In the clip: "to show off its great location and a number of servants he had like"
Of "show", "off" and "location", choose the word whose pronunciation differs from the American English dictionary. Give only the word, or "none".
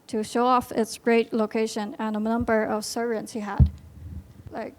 none